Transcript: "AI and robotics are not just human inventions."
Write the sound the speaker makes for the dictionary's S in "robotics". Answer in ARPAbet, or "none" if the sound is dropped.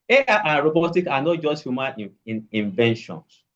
none